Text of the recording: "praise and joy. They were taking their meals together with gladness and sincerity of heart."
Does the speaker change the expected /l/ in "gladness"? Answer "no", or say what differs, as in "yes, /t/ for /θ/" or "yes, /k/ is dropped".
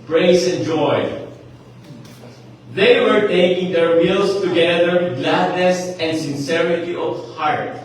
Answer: no